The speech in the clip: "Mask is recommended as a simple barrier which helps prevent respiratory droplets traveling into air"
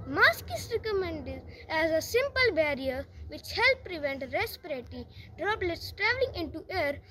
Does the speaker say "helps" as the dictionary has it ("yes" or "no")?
no